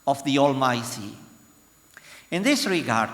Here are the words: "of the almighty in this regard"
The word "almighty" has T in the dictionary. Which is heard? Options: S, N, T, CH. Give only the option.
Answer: S